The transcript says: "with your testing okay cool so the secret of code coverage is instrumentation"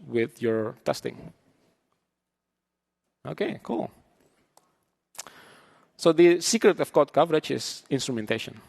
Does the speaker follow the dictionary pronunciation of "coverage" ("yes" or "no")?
no